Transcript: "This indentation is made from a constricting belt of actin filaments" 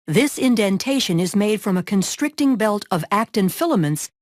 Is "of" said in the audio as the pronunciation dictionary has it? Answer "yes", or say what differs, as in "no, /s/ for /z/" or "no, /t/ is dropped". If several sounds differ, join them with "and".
yes